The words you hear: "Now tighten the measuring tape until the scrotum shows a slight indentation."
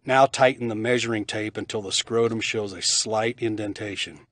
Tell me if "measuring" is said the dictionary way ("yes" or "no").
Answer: yes